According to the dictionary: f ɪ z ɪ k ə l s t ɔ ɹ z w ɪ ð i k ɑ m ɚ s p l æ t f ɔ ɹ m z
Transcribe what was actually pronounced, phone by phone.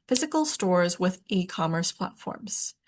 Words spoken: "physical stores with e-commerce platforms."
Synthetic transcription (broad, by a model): f ɪ z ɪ k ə l s t ɔ ɹ z w ɪ ð i k ɑ m ɚ s p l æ t f ɔ ɹ m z